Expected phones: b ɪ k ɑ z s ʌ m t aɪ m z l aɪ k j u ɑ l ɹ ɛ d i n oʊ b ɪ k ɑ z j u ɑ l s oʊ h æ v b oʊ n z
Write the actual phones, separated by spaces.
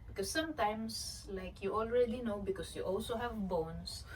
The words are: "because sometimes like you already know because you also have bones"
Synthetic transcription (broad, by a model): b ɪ k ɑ s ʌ m t aɪ m s l aɪ k j u ɑ l ɹ ɛ d i n oʊ b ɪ k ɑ s j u ɑ l s oʊ h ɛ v b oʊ n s